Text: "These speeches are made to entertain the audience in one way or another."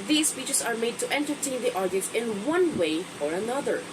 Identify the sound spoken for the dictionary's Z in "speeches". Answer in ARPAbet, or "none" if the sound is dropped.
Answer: S